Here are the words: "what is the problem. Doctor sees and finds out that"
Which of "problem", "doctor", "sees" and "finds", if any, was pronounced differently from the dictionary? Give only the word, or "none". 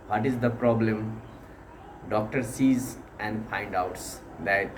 finds